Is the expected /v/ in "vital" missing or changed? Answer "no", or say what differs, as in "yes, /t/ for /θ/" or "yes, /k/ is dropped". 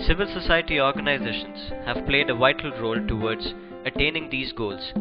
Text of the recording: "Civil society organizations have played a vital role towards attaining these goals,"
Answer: no